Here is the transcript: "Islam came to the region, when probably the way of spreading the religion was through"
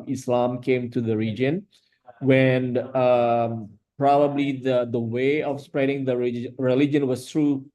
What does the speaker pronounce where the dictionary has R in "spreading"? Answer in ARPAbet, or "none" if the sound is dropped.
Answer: R